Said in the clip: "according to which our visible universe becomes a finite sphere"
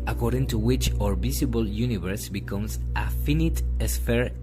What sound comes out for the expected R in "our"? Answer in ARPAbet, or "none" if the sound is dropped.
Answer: R